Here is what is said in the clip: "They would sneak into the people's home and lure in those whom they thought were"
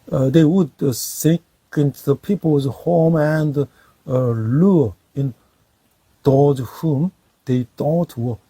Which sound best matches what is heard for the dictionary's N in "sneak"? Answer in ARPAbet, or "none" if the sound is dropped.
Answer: none